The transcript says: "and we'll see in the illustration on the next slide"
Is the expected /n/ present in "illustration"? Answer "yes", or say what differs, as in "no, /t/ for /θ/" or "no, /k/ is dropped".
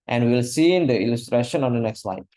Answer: yes